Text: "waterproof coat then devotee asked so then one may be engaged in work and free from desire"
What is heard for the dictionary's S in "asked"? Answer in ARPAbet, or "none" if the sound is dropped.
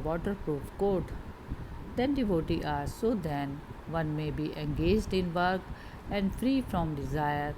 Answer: none